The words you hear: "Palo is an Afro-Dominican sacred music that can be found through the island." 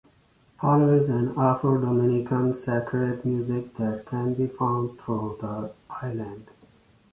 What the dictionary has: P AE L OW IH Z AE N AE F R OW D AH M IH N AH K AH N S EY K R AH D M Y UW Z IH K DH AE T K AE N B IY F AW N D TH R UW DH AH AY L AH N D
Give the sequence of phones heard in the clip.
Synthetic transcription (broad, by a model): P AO L OW IH Z AE N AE F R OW D AH M IH N AH K AH N S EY K R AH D M Y UW Z IH K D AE T K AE N B IY F AW N D T R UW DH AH AY L AH N D